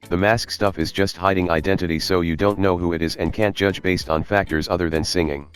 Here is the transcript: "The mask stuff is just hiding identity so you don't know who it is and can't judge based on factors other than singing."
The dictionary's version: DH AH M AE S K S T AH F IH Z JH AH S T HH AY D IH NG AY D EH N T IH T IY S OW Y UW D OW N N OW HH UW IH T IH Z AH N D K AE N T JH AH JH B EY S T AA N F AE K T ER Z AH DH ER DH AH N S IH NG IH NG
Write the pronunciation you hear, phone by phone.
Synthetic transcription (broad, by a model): DH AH M AE S K S T AH F IH Z JH AH S T HH AY D IH NG AY D EH N T IH T IY S OW Y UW D OW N N OW HH UW IH T IH Z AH N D K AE N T JH AH JH B EY S T N F AE K T ER Z AH DH ER DH AH N S IH NG IH NG